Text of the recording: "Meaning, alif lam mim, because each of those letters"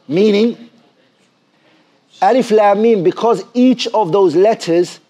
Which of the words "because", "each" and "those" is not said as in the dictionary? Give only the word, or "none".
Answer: none